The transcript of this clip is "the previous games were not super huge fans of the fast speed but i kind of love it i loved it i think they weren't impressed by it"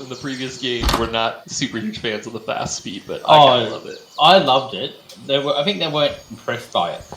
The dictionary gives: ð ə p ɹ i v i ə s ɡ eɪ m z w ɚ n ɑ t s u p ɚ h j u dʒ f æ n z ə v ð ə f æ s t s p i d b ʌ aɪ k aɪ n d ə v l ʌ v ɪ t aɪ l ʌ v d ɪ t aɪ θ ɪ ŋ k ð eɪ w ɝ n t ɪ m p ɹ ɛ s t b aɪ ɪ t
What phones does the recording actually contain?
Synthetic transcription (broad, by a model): ð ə p ɹ i v i ə s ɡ eɪ m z w ɚ n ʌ t s u p ɚ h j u ʒ f æ n z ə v ð ə f æ s t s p i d b ʌ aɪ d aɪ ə l ʌ v ɪ t aɪ l ʌ v d ɪ t aɪ θ ɪ ŋ k ð eɪ w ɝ n t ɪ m p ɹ ɛ s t b aɪ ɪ t